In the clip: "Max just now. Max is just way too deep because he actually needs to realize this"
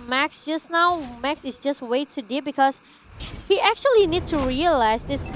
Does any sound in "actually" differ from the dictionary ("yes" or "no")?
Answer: no